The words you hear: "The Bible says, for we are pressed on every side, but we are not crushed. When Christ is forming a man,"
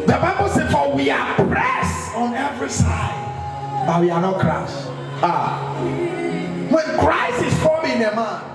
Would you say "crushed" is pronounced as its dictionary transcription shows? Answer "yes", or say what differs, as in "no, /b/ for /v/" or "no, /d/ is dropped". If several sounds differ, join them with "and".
no, /s/ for /ʃ/